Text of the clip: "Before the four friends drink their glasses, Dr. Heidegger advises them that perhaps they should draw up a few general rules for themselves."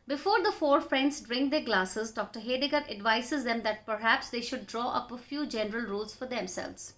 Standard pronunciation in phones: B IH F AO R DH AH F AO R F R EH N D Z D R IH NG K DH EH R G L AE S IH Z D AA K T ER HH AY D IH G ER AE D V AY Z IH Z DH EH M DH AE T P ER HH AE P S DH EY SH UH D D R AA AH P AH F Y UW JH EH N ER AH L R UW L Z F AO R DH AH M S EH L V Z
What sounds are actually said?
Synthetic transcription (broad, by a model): B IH F AO R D AH F AO R F R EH N D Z D R IH NG K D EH R G L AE S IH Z D AA K T ER HH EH D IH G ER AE D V AY S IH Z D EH M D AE T P ER HH AE P S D EY SH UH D D R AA AH P AH F Y UW JH EH N ER AH L R UW L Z F AO R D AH M S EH L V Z